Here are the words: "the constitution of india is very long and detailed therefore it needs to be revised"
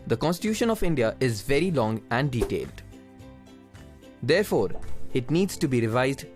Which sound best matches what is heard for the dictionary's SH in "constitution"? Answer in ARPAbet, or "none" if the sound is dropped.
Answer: SH